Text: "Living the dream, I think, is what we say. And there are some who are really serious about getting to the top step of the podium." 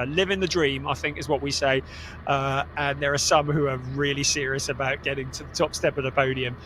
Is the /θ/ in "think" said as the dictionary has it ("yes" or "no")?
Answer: yes